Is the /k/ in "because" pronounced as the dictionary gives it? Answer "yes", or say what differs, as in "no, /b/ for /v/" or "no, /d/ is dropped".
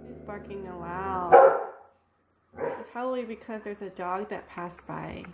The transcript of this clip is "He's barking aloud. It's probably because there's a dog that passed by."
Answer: yes